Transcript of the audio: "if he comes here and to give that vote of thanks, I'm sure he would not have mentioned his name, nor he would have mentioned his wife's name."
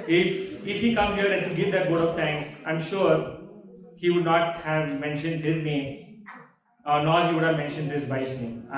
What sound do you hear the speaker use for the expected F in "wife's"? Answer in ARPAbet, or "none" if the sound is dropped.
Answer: none